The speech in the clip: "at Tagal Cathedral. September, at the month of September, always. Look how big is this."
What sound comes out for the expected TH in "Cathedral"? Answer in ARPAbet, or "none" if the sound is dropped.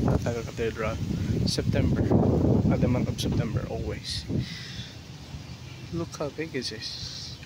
T